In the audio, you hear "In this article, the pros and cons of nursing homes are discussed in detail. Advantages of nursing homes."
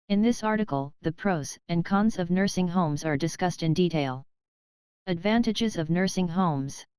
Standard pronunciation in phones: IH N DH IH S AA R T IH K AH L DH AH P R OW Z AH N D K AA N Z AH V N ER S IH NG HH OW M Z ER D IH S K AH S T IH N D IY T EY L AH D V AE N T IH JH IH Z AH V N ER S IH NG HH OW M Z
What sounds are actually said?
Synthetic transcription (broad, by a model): IH N DH IH S AA R T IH K L DH AH P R OW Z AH N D K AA N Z AH V N ER S IH NG HH OW M Z ER D IH S K AH S T IH N D IY T EY L AH D V AE N T IH JH IH Z AH V N ER S IH NG HH OW M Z